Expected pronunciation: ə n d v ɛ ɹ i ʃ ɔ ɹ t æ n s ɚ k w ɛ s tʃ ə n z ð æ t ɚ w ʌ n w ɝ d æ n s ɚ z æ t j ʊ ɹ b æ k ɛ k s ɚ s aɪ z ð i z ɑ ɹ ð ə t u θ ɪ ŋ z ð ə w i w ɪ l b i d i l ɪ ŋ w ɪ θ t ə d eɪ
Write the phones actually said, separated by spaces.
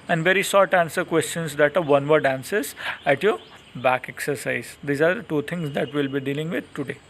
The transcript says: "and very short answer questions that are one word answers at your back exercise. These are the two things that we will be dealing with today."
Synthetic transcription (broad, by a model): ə n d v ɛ ɹ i s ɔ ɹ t æ n s ɚ k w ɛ s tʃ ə n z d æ t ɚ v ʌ n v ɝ d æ n s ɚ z æ t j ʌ ɹ b æ k ɛ k s ɚ s aɪ z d i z ɑ ɹ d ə t u t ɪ ŋ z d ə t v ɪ l b i d i l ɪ ŋ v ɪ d t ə d eɪ